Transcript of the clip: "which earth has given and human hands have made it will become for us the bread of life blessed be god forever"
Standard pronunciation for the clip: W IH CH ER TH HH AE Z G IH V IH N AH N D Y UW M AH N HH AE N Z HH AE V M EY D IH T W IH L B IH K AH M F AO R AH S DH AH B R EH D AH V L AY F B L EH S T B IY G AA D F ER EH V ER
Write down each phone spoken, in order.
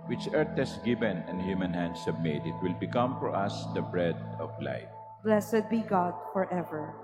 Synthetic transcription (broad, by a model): W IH CH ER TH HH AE S G IH V IH N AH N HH Y UW M AH N HH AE N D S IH B M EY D IH T W IH L B IH K AH M F AO R AH S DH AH B R EH D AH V L AY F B L EH S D B IY G AA D F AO EH V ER